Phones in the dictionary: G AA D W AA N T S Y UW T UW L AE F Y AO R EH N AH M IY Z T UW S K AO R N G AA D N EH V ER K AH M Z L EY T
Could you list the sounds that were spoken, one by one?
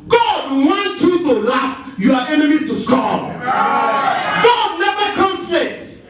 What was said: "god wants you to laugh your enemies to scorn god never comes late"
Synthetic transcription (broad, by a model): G AA D W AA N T Y UW T UW L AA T Y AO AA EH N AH M IY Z T UW S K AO G AA D N EH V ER K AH M S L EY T